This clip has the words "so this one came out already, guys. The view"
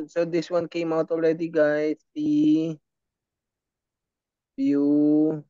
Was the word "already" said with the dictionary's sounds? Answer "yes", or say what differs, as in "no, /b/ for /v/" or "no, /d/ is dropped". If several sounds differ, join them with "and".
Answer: no, /l/ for /ɹ/